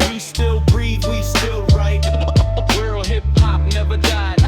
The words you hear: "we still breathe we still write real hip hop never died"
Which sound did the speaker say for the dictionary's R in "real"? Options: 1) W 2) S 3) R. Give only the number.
1